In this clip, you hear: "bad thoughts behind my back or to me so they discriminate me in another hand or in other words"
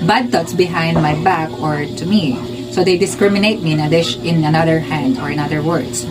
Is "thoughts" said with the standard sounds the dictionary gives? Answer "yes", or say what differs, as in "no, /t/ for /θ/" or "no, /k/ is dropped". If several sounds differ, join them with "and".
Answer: no, /t/ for /θ/